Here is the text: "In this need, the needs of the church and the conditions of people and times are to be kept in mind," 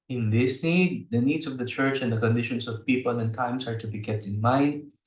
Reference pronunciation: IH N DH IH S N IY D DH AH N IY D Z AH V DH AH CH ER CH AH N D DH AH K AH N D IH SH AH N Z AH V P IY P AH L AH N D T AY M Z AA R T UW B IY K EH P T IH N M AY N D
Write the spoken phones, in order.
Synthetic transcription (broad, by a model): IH N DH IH S N IY D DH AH N IY D S AH V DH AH CH ER CH AH N D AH K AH N D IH SH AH N S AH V P IY P AH L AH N T AY M S AA R T UW B IY K EH P T IH N M AY N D